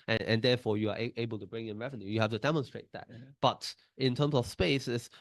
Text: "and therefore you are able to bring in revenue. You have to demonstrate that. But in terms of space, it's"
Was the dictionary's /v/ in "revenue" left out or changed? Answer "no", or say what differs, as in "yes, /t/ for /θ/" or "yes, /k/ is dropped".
no